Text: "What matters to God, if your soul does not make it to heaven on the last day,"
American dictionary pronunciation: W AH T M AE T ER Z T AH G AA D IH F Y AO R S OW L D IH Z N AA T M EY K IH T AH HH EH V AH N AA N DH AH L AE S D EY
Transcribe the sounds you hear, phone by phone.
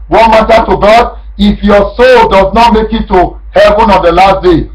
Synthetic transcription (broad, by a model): W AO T M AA T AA T AH G AA D IH F Y AO S OW L D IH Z N AA T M EY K IH T AH HH EH V AH N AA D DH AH L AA S D EY